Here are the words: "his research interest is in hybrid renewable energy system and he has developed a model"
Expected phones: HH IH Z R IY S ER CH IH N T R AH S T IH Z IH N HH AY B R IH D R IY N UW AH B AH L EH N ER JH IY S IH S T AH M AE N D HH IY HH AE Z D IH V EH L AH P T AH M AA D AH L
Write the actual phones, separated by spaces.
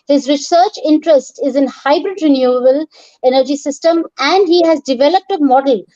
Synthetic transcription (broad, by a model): HH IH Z R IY S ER CH IH N T R AH S T IH Z IH N HH AY B R IH D R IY N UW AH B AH L EH N ER JH IY S IH S T AH M AE N D HH IY HH AE Z D IH V EH L AH P T AH M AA D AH L